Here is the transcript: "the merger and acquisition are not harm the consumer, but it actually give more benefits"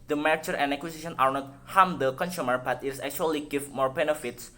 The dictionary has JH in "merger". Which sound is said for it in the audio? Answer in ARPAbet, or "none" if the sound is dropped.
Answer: CH